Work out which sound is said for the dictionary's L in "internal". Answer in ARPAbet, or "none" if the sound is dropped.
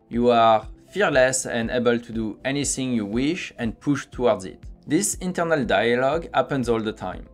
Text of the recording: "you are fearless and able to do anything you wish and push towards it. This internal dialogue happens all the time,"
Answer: L